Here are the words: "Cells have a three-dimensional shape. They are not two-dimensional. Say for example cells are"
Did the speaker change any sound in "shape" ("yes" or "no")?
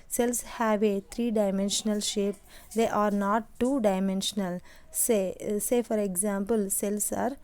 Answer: no